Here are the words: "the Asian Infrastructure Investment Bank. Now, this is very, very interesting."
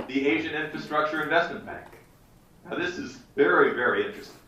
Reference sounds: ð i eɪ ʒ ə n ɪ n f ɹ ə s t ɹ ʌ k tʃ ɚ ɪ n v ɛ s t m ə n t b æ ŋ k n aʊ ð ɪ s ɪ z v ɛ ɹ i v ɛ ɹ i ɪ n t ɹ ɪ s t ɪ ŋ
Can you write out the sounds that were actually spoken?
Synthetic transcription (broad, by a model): ð i eɪ ʒ ə n ɪ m f ɹ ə s t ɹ ʌ k tʃ ɚ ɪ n v ɛ s t m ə n b æ ŋ k n aʊ ð ɪ s ɪ z v ɛ ɹ i v ɛ ɹ i ɪ n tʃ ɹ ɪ s t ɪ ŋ